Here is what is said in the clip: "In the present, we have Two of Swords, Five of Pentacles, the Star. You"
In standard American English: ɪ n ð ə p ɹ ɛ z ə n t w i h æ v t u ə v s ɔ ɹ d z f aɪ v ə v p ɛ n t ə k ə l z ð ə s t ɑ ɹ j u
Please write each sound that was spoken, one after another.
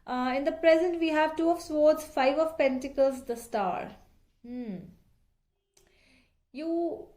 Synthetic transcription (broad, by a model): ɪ n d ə p ɹ ɛ z ə n t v i h æ v t u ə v s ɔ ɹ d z f aɪ v ə v p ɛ n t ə k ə l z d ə s t ɑ ɹ j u